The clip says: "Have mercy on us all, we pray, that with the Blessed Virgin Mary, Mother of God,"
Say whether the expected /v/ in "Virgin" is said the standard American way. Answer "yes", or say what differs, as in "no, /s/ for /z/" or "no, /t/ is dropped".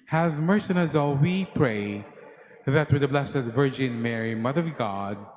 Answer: yes